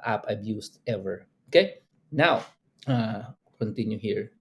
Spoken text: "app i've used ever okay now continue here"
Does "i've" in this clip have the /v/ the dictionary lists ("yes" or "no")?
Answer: no